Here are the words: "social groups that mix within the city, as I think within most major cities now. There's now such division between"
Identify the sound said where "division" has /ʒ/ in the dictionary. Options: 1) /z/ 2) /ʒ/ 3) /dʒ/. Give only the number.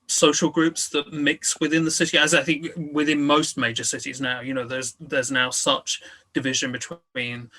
2